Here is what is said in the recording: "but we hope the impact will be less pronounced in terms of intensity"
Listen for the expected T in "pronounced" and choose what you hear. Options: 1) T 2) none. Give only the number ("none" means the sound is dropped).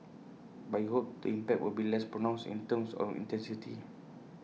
2